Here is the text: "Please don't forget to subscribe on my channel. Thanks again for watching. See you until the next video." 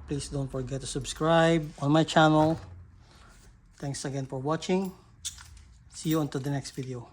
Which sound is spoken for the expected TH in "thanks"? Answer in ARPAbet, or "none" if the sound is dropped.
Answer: T